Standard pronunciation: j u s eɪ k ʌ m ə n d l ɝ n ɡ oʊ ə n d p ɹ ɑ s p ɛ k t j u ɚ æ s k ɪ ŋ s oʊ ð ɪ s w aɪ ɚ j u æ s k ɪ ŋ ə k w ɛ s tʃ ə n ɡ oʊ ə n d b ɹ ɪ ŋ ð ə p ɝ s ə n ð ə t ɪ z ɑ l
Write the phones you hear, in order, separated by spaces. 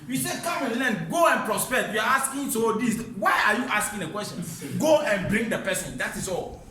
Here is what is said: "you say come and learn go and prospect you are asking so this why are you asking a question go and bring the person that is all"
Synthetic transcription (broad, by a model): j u s eɪ k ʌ m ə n l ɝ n ɡ oʊ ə n p ɹ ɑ s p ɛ t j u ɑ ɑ s k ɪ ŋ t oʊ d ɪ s w aɪ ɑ j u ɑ s k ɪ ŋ ə k w ɛ s tʃ ə n ɡ oʊ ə n b ɹ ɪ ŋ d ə p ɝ s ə n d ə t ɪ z ɑ l